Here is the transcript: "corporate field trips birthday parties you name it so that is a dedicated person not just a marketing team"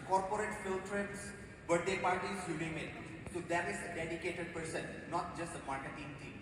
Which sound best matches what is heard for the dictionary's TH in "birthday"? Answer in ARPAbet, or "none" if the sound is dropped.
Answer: T